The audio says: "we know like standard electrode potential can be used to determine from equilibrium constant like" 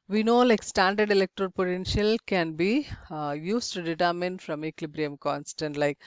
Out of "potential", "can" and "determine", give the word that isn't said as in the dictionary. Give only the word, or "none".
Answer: none